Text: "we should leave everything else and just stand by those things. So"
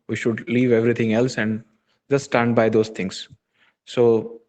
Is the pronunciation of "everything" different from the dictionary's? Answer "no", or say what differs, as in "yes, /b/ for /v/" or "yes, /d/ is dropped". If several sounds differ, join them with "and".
yes, /t/ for /θ/